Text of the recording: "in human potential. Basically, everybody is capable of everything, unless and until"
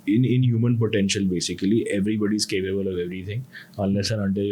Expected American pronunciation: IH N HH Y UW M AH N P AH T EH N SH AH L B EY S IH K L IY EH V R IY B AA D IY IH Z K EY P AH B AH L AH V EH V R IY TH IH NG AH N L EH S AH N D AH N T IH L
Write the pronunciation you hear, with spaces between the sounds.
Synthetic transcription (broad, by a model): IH N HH Y UW M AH N P AH T EH N SH AH L B EY S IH K L IY EH V R IY B AA D IY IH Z K EY P AH B AH L AH V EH V R IY T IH NG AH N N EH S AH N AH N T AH